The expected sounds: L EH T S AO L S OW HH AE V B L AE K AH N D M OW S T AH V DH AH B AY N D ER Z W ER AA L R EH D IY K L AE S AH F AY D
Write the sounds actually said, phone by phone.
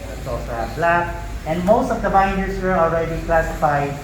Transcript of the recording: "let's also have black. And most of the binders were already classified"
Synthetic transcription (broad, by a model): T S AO S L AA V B L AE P AH N D M OW S T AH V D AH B AY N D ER S W ER AA L R EH D IY K L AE S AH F AY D